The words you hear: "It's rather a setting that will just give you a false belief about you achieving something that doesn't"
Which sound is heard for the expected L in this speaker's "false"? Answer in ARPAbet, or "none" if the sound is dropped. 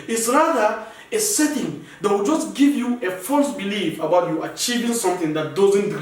L